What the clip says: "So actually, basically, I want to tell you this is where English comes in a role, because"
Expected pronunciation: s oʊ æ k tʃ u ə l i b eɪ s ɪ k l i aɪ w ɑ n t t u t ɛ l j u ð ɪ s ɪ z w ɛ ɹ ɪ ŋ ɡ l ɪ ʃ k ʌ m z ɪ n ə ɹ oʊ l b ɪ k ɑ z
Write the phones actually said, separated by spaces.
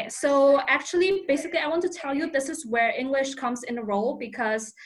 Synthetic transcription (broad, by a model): s oʊ æ k tʃ u ə l i b eɪ s ɪ k l i aɪ w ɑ n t t u t ɛ l j u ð ɪ s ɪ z w ɛ ɹ ɪ ŋ ɡ l ɪ ʃ k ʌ m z ɪ n ə ɹ oʊ l b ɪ k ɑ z